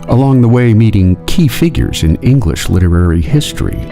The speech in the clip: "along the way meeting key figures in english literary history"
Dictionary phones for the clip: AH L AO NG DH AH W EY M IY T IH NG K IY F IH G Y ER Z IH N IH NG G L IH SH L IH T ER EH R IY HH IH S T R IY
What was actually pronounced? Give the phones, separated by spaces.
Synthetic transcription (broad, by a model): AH L AO NG DH AH W EY M IY T IH NG K IY F IH G Y ER Z IH N IH NG G L IH SH L IH T ER EH R IY HH IH S T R IY